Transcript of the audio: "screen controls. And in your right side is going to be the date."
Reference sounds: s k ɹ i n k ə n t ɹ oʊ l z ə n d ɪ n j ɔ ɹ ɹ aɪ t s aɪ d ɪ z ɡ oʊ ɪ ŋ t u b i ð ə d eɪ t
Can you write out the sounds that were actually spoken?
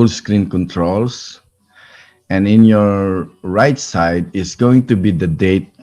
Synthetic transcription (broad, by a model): s k ɹ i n k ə n t ɹ oʊ l s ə n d ɪ n j ɔ ɹ ɹ aɪ t s aɪ d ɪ s ɡ oʊ ɪ ŋ t u b i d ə d eɪ t